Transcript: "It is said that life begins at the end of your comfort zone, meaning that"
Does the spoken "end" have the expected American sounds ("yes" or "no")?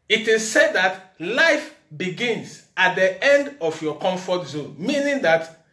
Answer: yes